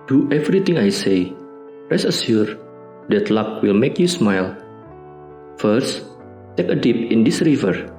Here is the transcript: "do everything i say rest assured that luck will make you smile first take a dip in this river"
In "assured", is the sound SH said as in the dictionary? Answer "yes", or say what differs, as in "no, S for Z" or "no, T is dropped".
no, S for SH